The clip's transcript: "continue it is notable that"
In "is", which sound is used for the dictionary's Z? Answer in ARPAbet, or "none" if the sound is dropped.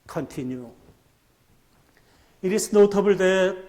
S